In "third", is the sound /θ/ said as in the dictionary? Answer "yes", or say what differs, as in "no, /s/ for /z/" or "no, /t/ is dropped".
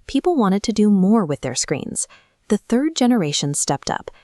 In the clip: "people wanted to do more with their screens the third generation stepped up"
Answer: yes